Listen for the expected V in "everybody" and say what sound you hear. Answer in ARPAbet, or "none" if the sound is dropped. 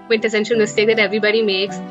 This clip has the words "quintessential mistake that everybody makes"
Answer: V